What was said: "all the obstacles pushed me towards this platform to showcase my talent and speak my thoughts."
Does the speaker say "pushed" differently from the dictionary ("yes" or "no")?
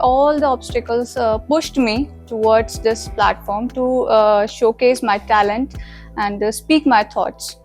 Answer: no